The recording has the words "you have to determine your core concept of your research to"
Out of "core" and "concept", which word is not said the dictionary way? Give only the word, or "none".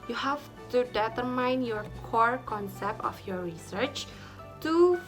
none